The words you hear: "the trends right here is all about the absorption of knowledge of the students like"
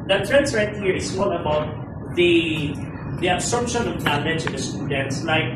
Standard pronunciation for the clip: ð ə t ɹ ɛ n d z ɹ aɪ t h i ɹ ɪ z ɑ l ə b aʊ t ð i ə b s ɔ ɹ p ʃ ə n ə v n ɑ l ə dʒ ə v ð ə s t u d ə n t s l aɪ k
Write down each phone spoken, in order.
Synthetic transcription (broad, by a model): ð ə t ɹ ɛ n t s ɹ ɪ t h i ɹ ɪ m ɑ l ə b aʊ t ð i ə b s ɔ ɹ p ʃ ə n ə v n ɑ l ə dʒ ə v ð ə s t u d ə n t s l aɪ k